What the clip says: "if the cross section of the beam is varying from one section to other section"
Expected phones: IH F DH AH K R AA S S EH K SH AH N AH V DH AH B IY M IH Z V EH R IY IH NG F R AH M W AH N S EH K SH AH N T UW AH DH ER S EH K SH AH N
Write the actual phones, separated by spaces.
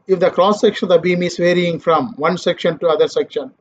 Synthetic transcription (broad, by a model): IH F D AH K R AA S S EH K SH AH N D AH B IY M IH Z V EH R IY IH NG F R AH M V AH N S EH K SH AH N T UW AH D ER S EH K SH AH N